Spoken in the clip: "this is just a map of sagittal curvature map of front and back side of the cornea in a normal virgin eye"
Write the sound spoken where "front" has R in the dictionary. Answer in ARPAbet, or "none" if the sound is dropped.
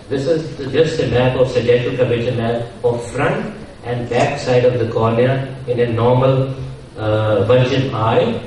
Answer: R